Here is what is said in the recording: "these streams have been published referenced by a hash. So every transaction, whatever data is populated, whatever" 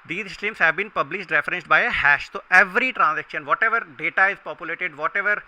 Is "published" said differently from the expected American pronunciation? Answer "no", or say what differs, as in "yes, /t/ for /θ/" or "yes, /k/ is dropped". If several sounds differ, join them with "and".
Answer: no